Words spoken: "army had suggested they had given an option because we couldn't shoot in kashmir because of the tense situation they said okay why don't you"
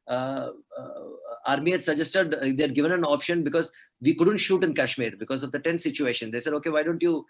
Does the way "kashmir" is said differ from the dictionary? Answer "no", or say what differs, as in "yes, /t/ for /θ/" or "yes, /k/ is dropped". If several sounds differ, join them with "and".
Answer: no